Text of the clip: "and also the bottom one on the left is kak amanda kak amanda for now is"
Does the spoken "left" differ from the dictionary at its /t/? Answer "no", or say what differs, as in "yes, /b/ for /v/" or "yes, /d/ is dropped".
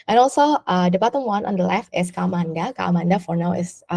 no